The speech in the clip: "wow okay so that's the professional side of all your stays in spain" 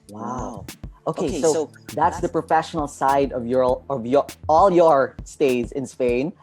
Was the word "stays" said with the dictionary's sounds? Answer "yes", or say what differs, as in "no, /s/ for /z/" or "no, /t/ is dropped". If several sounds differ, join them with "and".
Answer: yes